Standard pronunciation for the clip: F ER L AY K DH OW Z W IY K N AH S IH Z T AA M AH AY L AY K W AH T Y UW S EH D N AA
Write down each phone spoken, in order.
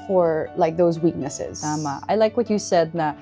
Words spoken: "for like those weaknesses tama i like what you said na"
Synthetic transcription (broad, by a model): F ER L AY K DH OW Z W IY K N AH S IH Z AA M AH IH L AY K W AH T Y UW S EH D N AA